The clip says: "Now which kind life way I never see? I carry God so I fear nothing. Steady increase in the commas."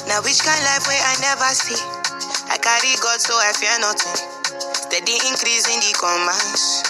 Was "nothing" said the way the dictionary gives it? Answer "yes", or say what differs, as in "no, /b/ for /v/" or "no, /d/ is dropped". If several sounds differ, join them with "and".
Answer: no, /t/ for /θ/